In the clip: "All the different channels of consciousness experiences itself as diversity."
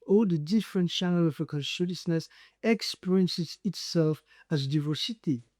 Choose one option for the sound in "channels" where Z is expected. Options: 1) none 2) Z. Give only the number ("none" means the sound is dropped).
1